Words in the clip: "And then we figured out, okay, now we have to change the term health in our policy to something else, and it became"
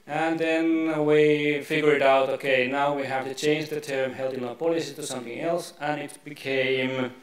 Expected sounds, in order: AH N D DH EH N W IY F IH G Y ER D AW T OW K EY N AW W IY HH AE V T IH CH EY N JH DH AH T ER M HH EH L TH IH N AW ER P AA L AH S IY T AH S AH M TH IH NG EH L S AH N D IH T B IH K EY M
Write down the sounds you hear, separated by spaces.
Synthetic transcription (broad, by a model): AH N DH EH N W IY F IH G Y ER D AW T OW K EY N AW W IY HH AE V T IH CH EY N JH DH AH T ER M HH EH L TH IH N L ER P AA L AH S IY T AH S AH M TH IH NG EH L S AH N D IH T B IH K EY M